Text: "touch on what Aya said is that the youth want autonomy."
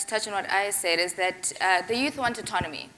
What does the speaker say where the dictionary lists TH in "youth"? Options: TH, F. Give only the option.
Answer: TH